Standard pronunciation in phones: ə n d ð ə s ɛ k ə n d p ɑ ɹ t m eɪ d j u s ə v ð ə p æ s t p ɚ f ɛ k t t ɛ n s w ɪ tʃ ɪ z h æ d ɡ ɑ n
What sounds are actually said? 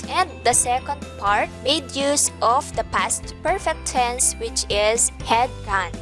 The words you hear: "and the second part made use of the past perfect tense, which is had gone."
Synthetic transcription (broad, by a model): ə n d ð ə s ɛ k ə n d p ɑ ɹ t m eɪ d j u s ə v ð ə p æ s t p ɚ f ɛ k t s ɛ n s w ɪ tʃ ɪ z h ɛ d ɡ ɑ n